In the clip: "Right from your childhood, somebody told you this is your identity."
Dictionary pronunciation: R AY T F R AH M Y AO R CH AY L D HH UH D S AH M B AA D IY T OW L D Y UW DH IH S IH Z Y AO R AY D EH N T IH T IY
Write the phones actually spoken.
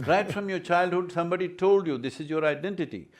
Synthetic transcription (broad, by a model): R AY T F R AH M Y AO R CH AY L D HH UH D S AH M B AA D IY T OW L D Y UW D IH S IH Z Y AO R AY D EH N T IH T IY